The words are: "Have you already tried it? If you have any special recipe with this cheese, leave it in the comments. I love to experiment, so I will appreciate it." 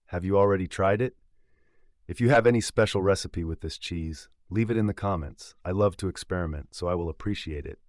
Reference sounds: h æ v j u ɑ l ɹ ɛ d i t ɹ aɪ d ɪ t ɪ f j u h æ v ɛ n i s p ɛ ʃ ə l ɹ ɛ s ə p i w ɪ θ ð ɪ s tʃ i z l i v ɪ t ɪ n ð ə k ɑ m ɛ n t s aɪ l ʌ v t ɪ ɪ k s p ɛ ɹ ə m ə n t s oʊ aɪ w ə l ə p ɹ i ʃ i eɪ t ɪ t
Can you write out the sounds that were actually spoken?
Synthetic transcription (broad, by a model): h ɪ v j ɑ l ɹ ɛ d i t ɹ aɪ d ɪ t ɪ f j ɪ v ɛ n i s p ɛ ʃ l ɹ ɛ s ə p i w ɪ ð ɪ s tʃ i z l i v ɪ t ɪ n ð ə k ɑ m ɛ n t s aɪ l ʌ v t ɪ ɪ k s p ɛ ɹ ə m ə n t s oʊ aɪ w ə l ə p ɹ i ʃ i eɪ t ɪ t